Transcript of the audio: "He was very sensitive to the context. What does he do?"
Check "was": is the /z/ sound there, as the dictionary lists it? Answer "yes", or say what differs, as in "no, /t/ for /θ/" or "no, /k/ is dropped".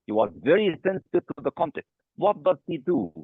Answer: yes